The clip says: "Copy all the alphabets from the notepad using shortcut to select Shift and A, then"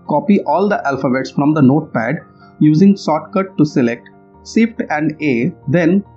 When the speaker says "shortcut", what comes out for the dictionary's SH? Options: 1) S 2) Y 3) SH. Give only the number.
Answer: 1